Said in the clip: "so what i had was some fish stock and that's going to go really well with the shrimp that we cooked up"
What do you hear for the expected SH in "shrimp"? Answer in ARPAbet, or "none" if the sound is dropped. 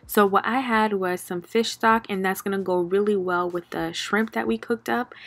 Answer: SH